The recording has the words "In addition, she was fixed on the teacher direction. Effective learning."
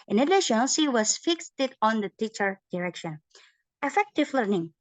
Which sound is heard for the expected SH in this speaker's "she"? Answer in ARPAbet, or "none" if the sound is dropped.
S